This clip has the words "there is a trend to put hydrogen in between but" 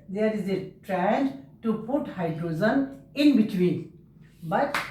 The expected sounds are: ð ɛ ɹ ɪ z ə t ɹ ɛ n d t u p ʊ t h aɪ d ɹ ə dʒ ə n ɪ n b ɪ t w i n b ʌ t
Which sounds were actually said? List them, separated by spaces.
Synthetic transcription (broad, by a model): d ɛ ɹ ɪ z ə t ɹ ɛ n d t u p ʊ t h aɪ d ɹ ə z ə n ɪ n b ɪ t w i n b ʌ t